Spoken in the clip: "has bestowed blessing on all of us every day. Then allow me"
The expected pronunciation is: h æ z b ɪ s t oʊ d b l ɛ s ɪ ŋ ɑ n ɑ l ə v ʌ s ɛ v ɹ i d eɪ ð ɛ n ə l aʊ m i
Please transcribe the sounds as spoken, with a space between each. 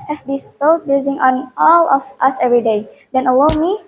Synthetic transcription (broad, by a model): h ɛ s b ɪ s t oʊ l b ɛ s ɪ ŋ ɑ n ɑ l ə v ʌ s ɛ v ɹ i d eɪ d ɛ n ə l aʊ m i